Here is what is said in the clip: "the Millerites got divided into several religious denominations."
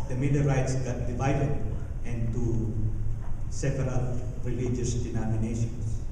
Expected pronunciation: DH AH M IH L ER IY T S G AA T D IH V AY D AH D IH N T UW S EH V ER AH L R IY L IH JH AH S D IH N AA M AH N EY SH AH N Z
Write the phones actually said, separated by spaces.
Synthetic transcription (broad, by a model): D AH M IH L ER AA T S G AA T D IH V AY D AH D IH N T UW S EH P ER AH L R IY L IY JH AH S D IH N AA M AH N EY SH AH N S